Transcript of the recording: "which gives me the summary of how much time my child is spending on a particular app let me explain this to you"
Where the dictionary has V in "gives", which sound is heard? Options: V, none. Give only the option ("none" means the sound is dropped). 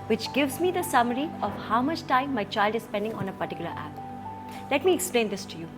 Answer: V